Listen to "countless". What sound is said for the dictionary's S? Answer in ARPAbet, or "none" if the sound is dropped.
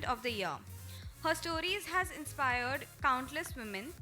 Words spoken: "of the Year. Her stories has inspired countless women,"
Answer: S